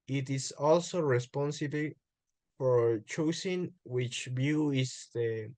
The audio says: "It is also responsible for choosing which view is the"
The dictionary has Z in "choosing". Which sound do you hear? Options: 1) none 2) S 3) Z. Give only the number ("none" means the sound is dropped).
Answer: 2